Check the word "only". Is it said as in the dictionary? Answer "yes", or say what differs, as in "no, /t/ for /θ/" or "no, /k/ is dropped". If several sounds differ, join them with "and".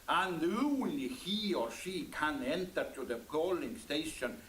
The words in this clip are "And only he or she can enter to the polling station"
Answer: no, /l/ is dropped